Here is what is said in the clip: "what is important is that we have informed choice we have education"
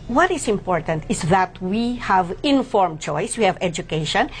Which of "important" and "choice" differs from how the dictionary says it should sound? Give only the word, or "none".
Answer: none